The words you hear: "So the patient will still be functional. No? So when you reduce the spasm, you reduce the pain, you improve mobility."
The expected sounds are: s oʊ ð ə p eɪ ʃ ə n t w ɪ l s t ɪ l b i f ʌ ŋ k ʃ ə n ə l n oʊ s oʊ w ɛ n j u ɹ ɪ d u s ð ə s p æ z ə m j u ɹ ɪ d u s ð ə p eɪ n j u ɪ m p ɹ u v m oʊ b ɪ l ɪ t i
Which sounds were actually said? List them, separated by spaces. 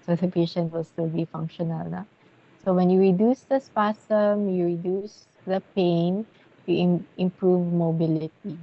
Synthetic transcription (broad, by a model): s oʊ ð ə p eɪ ʃ ə n t w ɪ l s t ɪ l b i f ʌ ŋ k ʃ ə n ə l n oʊ s oʊ w ɛ n j u ɹ ɪ d u s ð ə s p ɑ s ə m j u ɹ ɪ d u s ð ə p eɪ n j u ɪ m p ɹ u v m oʊ b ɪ l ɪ t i